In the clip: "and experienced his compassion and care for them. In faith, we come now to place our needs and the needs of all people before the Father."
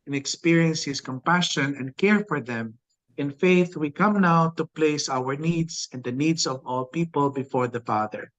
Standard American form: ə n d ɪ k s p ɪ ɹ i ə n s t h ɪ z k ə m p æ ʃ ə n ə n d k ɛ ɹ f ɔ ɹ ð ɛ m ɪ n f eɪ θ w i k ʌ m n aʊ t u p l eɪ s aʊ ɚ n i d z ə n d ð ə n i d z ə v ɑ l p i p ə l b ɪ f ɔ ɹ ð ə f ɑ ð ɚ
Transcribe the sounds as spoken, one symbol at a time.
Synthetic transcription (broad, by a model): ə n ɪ k s p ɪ ɹ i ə n s h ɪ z k ə m p æ ʃ ə n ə n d k ɛ ɹ f ɔ ɹ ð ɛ m ɪ n f eɪ θ w i k ʌ m n aʊ t u p l eɪ s aʊ ɚ n i d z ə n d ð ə n i d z ə v ɑ l p i p ə l b ɪ f ɔ ɹ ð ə f ɑ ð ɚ